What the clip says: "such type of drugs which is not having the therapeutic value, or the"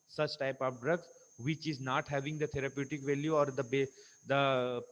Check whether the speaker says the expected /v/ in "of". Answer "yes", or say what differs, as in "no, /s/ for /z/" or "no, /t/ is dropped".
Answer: no, /p/ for /v/